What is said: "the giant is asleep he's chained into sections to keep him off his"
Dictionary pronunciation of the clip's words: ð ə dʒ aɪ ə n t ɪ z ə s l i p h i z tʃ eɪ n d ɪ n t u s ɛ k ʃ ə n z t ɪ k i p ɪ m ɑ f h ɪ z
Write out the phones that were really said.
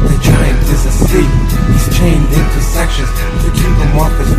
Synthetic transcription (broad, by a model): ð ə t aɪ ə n ɪ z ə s i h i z tʃ eɪ n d ɪ n t u s ɛ k ʃ ə n z t ɪ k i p ɪ m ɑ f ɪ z